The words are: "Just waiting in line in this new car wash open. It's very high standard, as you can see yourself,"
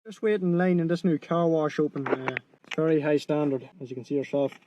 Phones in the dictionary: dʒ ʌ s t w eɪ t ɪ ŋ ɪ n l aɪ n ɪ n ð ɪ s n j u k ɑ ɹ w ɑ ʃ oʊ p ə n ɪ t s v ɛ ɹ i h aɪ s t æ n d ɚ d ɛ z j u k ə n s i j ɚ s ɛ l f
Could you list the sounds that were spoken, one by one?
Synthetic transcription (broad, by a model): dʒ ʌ s t w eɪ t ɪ ɪ n l aɪ n ɪ n ð ɪ s n j u k ɑ ɹ w ɑ ʃ oʊ p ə n ɪ t s v ɛ ɹ i h aɪ s t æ n d ɚ d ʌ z j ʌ k ə n s i j ɚ s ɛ l f